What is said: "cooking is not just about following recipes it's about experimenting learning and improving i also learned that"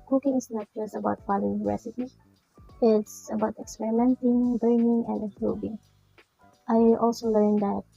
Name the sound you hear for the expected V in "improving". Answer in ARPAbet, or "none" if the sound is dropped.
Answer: B